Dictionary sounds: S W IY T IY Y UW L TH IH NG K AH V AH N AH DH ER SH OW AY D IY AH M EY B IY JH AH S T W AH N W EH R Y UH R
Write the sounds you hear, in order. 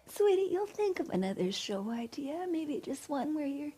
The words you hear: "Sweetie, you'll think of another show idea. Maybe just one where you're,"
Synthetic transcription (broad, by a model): S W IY T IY Y UW L TH IH NG K AH V AH N AH DH ER SH OW AY D IY AH M EY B IY JH AH S T W AH N W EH R Y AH R